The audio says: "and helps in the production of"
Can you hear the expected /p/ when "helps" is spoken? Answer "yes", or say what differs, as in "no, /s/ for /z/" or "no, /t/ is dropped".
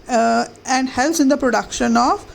no, /p/ is dropped